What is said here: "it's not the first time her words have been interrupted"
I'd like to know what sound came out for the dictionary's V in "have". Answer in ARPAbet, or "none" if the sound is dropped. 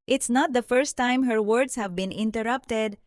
V